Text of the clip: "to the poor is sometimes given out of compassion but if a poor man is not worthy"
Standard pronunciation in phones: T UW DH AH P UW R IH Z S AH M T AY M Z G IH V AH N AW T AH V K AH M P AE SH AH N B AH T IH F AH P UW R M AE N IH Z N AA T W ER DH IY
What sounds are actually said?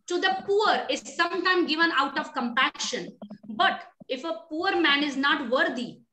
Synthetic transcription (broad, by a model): T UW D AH P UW R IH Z S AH M T AY M G IH V AH N AW T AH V K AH M P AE SH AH N B AH T IH F AH P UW R M AE N IH Z N AA T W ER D IY